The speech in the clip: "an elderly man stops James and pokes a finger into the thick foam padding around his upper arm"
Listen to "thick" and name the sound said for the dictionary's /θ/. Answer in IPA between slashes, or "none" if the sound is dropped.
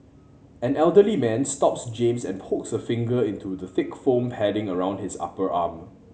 /θ/